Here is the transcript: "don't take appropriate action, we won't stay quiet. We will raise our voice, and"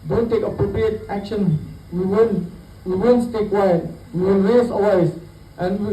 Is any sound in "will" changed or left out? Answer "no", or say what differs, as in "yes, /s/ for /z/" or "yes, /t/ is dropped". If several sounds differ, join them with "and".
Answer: yes, /n/ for /l/